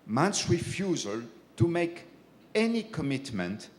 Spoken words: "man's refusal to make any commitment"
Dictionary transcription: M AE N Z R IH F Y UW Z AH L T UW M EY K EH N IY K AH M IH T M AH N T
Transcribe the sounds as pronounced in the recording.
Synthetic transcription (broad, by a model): M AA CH R IH F Y UW Z AH L T UW M EY K EH N IY K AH M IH T M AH N T